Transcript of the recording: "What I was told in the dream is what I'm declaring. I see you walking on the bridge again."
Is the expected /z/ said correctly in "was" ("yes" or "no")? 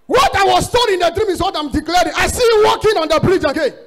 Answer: no